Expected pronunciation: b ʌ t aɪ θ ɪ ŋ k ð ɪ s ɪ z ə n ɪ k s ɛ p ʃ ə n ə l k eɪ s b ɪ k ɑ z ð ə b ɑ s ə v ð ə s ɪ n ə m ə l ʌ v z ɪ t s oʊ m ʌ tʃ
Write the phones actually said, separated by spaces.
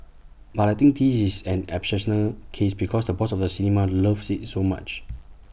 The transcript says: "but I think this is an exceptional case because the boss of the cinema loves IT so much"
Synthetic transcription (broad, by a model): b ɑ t aɪ t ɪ ŋ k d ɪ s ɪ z ə n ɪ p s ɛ ʃ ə n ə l k eɪ s b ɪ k ɑ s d ə b ɑ s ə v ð ə s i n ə m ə l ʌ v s ɪ t s oʊ m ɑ tʃ